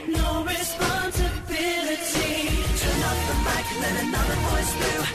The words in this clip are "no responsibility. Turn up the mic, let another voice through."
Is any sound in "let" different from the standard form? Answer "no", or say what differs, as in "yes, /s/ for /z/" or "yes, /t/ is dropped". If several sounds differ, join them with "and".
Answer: yes, /n/ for /l/